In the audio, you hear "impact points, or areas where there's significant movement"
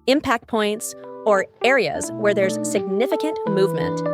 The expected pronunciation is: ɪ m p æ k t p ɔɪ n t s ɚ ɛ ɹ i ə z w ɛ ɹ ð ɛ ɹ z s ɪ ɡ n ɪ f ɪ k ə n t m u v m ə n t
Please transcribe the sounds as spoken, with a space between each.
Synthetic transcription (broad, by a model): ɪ m p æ k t p ɔɪ n t s ɚ ɛ ɹ i ə z w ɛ ɹ ð ɛ ɹ z s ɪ ɡ n ɪ f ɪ k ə n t m u v m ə n t